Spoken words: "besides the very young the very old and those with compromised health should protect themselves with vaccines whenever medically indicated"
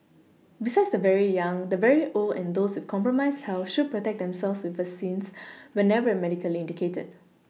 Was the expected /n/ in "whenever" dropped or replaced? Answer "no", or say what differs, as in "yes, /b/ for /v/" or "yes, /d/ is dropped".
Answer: no